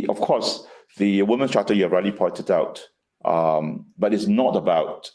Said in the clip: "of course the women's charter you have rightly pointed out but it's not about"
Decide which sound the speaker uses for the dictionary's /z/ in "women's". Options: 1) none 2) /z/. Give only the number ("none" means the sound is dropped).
1